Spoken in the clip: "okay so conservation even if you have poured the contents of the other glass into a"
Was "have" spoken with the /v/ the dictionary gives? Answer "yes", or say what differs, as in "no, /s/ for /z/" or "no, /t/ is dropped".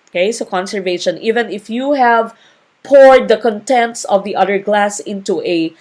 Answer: yes